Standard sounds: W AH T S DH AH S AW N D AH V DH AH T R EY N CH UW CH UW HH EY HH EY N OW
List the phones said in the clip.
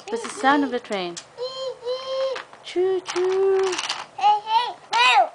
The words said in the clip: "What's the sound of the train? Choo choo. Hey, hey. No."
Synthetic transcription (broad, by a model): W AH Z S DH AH S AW N AH V DH AH T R EY N CH UW CH UW HH EY HH EY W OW